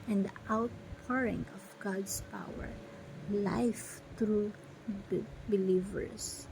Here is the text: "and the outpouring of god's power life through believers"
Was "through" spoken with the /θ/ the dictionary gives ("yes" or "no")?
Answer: no